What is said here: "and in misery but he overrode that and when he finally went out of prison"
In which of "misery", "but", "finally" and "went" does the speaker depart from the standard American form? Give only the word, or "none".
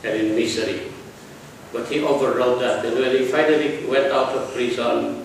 misery